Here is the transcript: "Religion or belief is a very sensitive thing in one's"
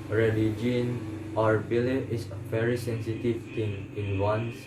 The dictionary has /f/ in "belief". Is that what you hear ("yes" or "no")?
no